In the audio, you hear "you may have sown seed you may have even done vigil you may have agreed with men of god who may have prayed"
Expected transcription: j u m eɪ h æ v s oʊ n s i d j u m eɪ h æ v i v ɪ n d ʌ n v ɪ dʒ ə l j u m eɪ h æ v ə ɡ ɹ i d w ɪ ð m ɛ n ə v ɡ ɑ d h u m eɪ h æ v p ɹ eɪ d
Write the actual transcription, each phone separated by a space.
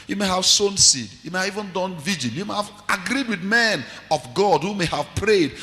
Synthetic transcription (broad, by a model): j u m eɪ h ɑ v s oʊ n s i d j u m eɪ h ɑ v i v ɪ n d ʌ n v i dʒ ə n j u m eɪ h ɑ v ə ɡ ɹ i d w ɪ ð m ɛ n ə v ɡ ɑ d h u m eɪ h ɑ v p ɹ eɪ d